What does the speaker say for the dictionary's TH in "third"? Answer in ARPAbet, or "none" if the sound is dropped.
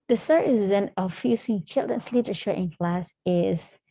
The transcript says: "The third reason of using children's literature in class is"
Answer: S